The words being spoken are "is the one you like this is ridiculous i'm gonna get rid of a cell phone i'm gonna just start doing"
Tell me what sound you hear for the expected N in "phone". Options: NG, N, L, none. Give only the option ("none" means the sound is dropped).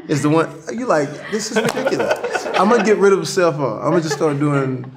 none